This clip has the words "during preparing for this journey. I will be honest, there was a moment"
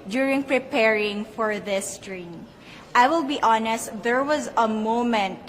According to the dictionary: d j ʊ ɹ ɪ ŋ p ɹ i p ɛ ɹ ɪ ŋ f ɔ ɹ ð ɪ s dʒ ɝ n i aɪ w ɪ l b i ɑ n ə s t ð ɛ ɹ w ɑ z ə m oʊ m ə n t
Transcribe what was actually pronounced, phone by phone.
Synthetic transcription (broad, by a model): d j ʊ ɹ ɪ ŋ p ɹ i p ɛ ɹ ɪ ŋ f ɔ ɹ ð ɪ s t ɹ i aɪ w ɪ l b i ɑ n ə s t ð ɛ ɹ w ɑ z ə m oʊ m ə n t